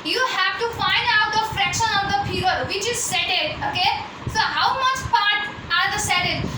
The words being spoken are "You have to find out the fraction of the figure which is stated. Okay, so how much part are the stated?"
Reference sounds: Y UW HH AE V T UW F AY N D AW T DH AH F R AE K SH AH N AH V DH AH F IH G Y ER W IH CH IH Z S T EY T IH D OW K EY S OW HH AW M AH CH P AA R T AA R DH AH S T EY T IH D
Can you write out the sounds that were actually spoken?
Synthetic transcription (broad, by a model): Y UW HH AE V T UW F AY N D AW T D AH F R AE K SH AH N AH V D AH P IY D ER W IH CH IH Z S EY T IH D OW K EY S OW HH AW M AH CH P AA R T AA R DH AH S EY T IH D